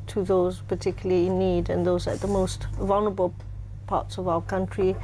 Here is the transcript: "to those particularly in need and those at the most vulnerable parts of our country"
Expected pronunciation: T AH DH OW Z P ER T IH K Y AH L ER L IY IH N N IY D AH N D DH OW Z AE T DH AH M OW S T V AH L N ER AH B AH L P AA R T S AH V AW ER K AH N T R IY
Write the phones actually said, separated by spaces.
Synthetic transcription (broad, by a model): T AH DH OW Z P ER T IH K Y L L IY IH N N IY D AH N DH OW Z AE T DH AH M OW S T V AH L N ER AH B AH L P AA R T S AH V AW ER K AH N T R IY